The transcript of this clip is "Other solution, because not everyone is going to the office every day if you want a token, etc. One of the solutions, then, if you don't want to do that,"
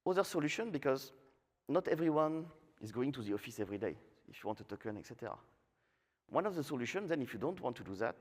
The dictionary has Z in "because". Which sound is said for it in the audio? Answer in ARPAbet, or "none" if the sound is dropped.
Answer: Z